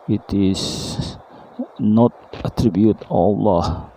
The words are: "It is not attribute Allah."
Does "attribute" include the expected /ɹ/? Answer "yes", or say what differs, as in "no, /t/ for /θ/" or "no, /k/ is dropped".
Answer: yes